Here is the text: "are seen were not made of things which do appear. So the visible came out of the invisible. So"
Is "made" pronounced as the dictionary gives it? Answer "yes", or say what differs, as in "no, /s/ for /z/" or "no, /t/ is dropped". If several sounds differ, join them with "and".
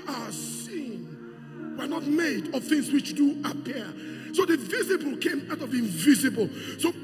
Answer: yes